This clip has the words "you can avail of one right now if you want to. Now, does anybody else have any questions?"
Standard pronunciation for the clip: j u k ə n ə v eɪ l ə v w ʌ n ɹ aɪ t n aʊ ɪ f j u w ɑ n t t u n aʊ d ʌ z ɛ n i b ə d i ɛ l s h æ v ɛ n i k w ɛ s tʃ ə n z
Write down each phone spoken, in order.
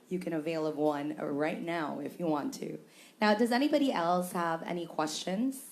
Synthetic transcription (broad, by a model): j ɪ k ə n ə v eɪ l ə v w ʌ n ɹ aɪ t n aʊ ɪ f j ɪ w ɑ n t t u n aʊ d ʌ z ɛ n i b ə d i ɛ l s h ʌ v ɛ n i k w ɛ s tʃ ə n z